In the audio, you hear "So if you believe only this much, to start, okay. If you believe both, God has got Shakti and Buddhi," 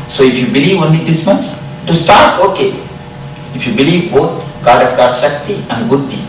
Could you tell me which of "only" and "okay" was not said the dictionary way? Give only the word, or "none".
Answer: only